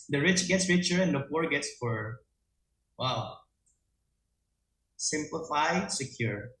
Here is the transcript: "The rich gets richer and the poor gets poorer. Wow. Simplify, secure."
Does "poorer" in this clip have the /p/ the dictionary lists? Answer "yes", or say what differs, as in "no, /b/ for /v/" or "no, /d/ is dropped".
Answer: no, /f/ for /p/